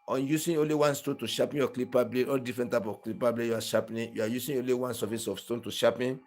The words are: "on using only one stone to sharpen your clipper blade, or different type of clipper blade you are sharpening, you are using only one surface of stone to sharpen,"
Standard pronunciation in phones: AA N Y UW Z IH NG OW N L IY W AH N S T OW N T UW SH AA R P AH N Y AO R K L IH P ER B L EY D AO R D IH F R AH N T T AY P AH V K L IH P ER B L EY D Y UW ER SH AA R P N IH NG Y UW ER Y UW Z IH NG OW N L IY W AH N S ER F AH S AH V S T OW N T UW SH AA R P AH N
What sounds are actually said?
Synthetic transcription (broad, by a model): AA N Y UW S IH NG OW N L IY W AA N S T OW N T UW SH AA P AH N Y AO K L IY P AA B L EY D AO L D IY F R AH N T T AY P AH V K L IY P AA B L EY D Y UW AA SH AA P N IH Y UW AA Y UW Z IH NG OW N L IY W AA N S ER F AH S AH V S T OW N T UW SH AA P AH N